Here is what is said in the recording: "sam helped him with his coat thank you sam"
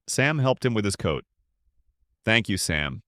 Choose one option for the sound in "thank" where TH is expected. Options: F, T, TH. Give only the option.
TH